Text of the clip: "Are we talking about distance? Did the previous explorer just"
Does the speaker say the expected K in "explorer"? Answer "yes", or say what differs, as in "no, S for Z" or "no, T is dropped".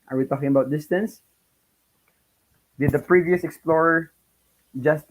yes